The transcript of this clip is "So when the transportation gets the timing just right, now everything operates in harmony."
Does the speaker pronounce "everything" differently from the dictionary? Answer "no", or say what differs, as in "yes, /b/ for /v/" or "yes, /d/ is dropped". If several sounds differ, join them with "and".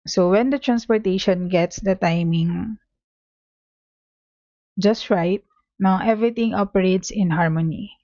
yes, /t/ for /θ/